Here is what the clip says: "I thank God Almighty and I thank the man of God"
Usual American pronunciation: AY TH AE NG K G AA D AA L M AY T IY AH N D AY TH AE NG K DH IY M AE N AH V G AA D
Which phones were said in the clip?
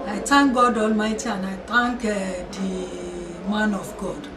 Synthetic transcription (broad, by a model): AY T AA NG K G AA D AA L M AY T IY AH N AY T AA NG K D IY M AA N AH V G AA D